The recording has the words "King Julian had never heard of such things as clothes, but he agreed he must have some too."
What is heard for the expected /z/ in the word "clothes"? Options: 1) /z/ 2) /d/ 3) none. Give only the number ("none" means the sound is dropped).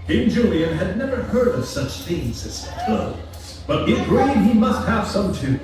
3